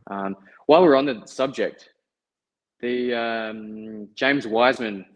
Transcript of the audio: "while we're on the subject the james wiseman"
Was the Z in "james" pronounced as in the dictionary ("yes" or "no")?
yes